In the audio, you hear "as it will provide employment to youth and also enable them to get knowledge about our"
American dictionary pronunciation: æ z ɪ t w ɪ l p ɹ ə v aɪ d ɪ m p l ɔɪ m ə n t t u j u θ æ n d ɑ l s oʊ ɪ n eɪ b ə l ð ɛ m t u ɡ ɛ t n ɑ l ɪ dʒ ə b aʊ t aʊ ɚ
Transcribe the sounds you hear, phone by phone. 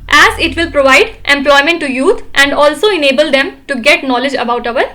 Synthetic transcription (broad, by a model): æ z ɪ t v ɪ l p ɹ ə v aɪ d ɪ m p l ɔɪ m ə n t t u j u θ æ n d ɑ l s oʊ ɪ n eɪ b ə l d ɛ m t u ɡ ɛ t n ɑ l ɪ dʒ ə b aʊ t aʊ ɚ